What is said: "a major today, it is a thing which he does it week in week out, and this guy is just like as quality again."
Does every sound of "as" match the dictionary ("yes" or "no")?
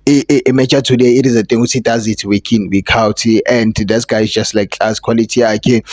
no